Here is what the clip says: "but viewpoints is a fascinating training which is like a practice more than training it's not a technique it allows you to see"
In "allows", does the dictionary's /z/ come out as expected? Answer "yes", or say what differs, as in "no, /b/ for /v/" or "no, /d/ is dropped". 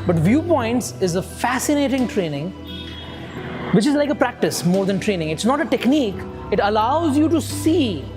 yes